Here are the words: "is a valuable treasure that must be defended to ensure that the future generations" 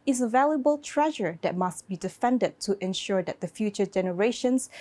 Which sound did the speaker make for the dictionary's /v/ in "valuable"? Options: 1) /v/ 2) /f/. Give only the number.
1